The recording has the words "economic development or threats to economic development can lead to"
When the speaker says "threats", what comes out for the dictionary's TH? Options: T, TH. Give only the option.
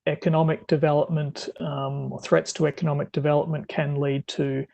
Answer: TH